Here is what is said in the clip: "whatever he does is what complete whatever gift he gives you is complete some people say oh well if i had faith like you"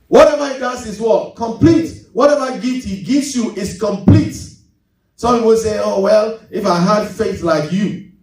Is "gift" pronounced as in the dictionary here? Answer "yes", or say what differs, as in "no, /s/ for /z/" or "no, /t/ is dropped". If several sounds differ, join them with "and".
no, /f/ is dropped